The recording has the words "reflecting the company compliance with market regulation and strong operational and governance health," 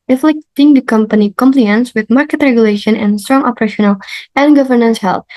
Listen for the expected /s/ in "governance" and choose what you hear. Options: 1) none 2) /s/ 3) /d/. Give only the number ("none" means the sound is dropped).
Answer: 2